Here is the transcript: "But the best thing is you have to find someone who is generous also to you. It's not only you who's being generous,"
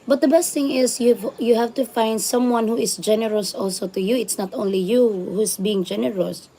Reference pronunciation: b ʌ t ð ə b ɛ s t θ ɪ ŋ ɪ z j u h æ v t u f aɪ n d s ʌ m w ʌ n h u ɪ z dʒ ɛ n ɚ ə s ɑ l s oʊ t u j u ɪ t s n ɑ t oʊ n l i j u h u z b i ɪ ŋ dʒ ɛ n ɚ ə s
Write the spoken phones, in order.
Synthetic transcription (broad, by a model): b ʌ t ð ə b ɛ s t θ ɪ ŋ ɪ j j u h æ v t u f aɪ n d s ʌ m w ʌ n h u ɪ s dʒ ɛ n ɚ ə s ɑ l s oʊ t u j u ɪ t s n ɑ t oʊ n l i j u h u s b i ɪ ŋ dʒ ɛ n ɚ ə s